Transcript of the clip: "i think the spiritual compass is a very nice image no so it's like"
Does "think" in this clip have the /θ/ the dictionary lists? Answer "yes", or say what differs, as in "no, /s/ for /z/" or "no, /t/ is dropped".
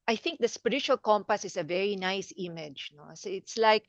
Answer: yes